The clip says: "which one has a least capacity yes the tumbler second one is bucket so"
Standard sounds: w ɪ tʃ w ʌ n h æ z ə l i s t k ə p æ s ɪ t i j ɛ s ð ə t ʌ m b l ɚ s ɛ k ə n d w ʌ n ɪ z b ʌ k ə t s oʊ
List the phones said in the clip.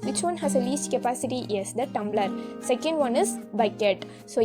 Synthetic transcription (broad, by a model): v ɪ tʃ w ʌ n h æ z ə l i s t k ə p æ s ɪ t i j ɛ s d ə t ʌ m b l ɚ s ɛ k ə n d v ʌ n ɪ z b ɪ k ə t s oʊ